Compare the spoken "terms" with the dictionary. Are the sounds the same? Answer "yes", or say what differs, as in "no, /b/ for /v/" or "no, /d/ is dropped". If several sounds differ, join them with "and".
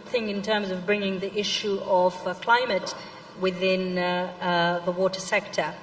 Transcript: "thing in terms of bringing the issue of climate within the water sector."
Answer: yes